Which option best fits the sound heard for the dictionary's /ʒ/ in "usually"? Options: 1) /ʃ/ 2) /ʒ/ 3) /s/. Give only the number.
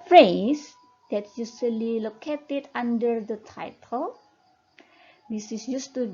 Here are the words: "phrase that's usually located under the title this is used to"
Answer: 3